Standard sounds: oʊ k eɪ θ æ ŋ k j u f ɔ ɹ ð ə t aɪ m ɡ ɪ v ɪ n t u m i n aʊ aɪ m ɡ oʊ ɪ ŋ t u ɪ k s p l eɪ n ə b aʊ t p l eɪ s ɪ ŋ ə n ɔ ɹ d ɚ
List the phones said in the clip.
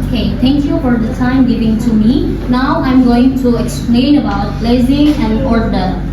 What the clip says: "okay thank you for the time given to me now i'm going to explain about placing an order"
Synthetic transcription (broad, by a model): k eɪ t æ ŋ k j u f ɔ ɹ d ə t aɪ m ɡ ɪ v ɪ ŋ t u m i n aʊ aɪ m ɡ oʊ ɪ ŋ t u ɪ k s p l eɪ n ə b aʊ t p l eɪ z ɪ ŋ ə n ɔ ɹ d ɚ